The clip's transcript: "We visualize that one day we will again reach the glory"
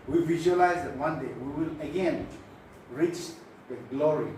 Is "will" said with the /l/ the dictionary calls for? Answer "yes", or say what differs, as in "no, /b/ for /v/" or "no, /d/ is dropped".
yes